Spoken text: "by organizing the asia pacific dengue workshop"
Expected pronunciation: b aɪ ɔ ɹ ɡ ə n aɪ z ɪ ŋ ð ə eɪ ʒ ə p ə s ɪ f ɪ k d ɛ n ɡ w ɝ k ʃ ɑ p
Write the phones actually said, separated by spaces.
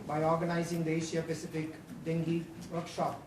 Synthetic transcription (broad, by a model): b aɪ ɔ ɹ ɡ ə n aɪ z ɪ ŋ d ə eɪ ʃ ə p ə s ɪ f ɪ k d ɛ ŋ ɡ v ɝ k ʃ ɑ p